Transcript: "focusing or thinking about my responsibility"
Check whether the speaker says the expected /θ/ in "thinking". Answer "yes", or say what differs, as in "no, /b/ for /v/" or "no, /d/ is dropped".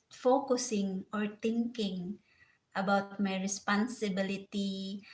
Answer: no, /t/ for /θ/